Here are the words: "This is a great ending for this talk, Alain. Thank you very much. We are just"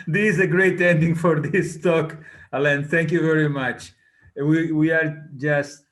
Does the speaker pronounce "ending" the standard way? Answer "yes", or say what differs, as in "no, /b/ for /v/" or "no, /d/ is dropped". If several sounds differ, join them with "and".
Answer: yes